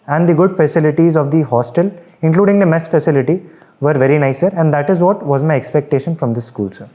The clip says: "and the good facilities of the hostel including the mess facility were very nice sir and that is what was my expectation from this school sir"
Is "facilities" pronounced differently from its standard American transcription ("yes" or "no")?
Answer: no